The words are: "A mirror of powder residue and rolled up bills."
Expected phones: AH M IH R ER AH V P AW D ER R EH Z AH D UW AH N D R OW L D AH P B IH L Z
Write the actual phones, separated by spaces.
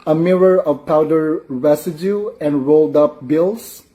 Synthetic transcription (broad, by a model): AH M IH R ER AH V P AW D ER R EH S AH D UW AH N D R OW L D AH P B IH L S